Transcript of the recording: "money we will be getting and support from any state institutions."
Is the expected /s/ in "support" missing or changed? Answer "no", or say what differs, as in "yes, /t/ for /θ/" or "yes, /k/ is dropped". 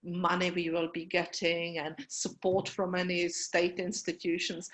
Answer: no